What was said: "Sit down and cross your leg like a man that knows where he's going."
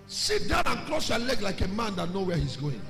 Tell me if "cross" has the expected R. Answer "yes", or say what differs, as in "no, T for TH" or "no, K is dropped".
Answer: no, L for R